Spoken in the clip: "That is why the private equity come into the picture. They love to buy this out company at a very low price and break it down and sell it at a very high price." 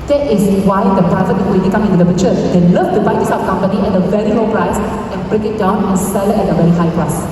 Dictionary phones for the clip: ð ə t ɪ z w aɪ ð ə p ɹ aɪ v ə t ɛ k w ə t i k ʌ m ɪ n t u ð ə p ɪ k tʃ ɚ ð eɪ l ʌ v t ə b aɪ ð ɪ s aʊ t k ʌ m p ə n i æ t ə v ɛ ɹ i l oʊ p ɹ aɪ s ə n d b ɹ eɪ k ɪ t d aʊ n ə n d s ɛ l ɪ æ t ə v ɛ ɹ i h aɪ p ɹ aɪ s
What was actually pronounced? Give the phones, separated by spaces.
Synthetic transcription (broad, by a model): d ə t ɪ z w aɪ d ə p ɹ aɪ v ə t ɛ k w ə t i k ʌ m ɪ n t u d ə b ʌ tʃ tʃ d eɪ l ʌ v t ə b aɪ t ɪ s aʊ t k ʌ m p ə n i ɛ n ə v ɛ ɹ i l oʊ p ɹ aɪ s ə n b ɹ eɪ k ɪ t d aʊ n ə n s ɛ l ɪ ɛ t ə v ɛ ɹ i h aɪ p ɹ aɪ s